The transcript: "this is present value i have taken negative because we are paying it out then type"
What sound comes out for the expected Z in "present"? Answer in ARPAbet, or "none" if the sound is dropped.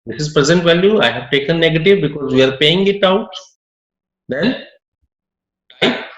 Z